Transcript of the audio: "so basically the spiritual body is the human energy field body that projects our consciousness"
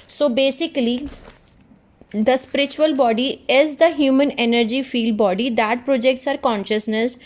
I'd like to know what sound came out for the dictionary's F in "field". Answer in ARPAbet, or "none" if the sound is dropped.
F